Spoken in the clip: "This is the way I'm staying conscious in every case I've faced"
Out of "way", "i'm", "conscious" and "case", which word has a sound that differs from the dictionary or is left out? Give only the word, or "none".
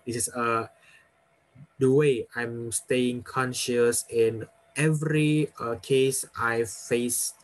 none